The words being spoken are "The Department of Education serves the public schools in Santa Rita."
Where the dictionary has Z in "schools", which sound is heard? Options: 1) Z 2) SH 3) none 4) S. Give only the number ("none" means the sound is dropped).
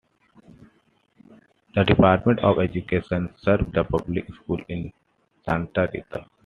3